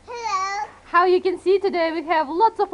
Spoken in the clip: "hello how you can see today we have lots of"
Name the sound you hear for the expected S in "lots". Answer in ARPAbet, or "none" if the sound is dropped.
S